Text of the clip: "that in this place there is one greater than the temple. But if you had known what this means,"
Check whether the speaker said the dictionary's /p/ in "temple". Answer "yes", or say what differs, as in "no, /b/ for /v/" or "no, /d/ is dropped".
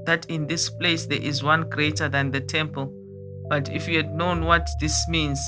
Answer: yes